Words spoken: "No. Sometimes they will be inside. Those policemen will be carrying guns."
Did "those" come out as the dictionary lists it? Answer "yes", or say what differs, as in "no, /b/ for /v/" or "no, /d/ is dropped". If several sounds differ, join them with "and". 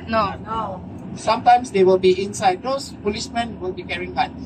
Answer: no, /s/ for /z/